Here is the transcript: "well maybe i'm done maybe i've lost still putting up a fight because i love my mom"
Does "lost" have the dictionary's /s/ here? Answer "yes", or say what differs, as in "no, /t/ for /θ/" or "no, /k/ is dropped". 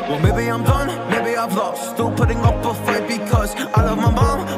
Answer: no, /s/ is dropped